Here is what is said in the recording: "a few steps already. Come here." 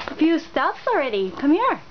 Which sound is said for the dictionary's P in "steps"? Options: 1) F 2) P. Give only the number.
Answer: 1